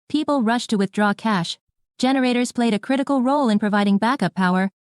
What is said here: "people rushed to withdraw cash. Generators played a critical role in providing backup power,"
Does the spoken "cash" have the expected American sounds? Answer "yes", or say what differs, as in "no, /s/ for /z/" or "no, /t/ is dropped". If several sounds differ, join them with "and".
yes